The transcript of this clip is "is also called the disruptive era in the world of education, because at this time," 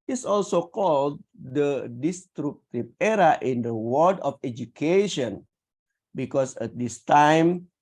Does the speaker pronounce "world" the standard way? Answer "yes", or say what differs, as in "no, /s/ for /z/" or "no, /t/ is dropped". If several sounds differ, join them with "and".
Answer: no, /l/ is dropped